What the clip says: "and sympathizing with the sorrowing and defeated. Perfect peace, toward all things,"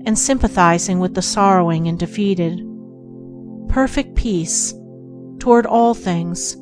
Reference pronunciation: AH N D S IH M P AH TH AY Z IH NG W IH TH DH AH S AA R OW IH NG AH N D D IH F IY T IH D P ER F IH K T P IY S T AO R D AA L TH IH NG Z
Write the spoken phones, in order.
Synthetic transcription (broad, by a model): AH N S IH M P AH TH AY Z IH NG W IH DH AH S AA R OW IH NG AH N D D IH F IY T IH D P ER F IH K T P IY S T AO R D AA L TH IH NG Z